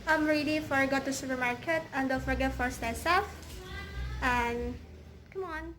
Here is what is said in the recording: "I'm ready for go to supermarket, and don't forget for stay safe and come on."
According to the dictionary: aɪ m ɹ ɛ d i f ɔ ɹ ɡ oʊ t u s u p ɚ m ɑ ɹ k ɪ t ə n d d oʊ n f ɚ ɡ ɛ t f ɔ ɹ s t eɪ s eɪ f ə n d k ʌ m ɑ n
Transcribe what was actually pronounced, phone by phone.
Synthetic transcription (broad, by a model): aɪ m ɹ ɛ d i f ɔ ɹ ɡ oʊ t u s u p ɚ m ɑ ɹ k ɪ t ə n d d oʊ l f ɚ ɡ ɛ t f ɔ ɹ s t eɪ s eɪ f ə n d k ʌ m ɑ n